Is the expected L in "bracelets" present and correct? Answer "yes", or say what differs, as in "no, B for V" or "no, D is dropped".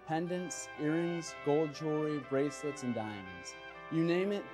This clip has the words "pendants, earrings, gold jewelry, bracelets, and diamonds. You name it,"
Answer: yes